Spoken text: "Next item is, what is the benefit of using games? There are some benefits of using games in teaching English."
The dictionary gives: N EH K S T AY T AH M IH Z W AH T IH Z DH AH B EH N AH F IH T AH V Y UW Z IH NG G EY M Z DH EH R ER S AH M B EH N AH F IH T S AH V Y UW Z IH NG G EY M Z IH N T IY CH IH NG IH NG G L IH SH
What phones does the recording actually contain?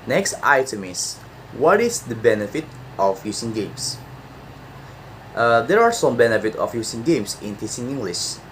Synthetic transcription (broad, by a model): N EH K S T AY T AH M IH S W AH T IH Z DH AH B EH N AH F IH T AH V Y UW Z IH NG G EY M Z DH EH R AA S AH M B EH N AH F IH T AH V Y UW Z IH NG G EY M S IH N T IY S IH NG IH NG G L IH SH